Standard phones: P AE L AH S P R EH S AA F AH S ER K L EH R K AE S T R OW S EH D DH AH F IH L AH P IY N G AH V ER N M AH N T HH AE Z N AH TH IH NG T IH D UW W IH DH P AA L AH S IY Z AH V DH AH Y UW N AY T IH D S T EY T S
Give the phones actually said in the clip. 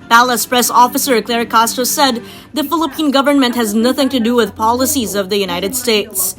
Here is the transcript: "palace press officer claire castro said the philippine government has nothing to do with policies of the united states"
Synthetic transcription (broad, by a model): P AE L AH S P R EH S AA F AH S ER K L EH R K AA S T OW S EH D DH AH F IH L AH P IY N G AH V ER N M AH N T HH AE Z N AH TH IH NG T IH D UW W IH DH P AA L AH S IY Z AH V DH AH Y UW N AY T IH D S T EY T S